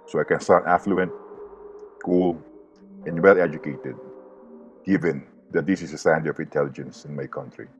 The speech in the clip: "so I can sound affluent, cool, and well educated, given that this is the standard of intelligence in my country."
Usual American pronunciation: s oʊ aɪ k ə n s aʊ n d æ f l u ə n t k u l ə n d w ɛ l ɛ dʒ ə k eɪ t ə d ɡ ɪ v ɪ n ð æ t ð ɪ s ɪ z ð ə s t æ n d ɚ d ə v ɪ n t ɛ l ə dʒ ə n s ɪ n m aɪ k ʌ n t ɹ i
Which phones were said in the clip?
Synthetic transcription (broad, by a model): s oʊ aɪ k ə n s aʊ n æ f l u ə n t k u l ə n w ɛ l ɛ dʒ ə k eɪ t ə d ɡ ɪ v ɪ n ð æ t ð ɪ s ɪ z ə s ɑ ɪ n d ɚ ə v ɪ n t ɛ l ə dʒ ə n s ɪ n m aɪ k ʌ n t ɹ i